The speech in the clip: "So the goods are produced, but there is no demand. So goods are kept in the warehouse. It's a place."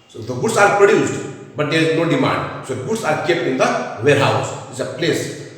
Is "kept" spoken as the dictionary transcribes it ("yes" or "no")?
no